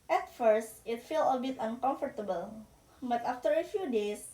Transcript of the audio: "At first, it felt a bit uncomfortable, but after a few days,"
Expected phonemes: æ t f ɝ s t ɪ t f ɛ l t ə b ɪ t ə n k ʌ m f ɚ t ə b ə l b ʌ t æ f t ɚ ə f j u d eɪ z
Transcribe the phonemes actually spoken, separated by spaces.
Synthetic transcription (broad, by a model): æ t f ɝ s t ɪ t f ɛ l ə b ɪ t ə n k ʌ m f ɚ t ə b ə l b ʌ t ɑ f t ɚ ə f j u d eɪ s